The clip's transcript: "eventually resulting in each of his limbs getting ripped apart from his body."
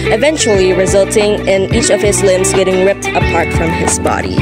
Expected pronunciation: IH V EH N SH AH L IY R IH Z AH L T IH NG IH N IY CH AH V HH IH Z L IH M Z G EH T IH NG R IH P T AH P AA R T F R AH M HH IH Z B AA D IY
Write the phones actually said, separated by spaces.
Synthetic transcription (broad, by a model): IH V EH N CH L IY R IH Z AH L T IH NG IH N IY CH AH V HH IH Z L IH M Z G EH T IH NG R IH P T AH P AA R T F R AH M IH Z B AA D IY